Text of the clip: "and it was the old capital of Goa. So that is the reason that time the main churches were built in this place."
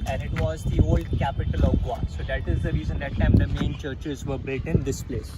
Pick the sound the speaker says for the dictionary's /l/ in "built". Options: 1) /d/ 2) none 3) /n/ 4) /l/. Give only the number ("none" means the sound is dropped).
2